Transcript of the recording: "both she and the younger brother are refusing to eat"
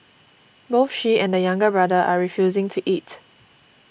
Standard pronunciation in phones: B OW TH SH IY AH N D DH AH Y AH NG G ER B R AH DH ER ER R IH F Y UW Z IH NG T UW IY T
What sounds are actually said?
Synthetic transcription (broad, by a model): B OW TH SH IY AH N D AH Y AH NG G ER B R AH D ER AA R IH F Y UW Z IH NG T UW IY T